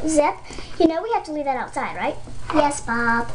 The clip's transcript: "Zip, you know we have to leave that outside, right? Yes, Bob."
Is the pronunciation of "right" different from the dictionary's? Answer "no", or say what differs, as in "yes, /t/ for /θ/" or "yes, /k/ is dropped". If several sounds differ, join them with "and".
no